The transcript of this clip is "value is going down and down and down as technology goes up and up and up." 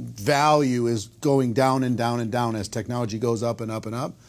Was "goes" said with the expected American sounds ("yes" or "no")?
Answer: yes